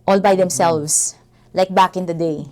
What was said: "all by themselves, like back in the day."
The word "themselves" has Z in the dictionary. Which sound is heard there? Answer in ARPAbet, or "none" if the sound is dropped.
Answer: S